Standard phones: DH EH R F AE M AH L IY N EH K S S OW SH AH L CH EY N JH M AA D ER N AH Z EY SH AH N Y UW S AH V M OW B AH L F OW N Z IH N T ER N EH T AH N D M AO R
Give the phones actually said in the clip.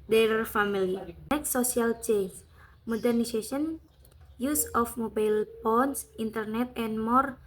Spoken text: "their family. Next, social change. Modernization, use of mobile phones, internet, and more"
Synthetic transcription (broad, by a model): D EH R F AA M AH L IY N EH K S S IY AH L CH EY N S M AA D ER N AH S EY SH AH N Y UW S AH F M OW B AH L P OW N S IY N T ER N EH T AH N M AO R